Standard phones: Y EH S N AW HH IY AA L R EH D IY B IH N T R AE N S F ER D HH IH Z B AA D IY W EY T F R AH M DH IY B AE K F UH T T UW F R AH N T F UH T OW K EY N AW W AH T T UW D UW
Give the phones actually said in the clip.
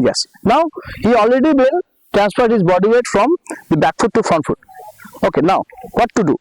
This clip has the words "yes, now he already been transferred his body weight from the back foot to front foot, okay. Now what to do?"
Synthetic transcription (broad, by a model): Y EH S N AW HH IY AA L R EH D IY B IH L T R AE N S P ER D HH IH Z B AA D IY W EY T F R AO M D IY B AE K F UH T T UW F R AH N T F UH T OW K EY N AW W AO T T UW D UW